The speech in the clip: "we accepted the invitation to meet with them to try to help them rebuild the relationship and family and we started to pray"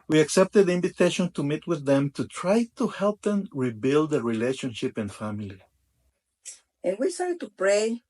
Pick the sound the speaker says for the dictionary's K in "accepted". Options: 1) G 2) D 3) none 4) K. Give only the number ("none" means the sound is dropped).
4